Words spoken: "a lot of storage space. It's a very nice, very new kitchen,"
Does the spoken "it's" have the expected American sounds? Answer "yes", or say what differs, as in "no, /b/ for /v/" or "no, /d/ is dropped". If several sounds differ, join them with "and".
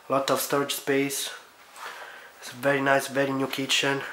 no, /s/ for /t/